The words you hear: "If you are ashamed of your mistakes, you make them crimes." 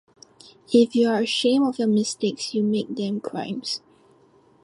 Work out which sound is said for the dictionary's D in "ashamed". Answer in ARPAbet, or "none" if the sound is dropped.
none